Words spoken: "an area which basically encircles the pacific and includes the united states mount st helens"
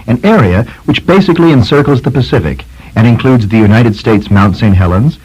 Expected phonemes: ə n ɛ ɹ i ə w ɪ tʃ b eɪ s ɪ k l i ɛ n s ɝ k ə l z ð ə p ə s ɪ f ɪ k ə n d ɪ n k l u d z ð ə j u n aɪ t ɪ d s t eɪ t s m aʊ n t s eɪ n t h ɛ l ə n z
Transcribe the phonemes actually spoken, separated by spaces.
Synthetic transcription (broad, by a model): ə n ɛ ɹ i ə w ɪ tʃ b eɪ s ɪ k l i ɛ n s ɝ k l z ð ə p ə s ɪ f ɪ k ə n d ɪ n k l u d z ð ə j u n aɪ t ɪ d s t eɪ t s m aʊ n t s eɪ n t h ɛ l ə n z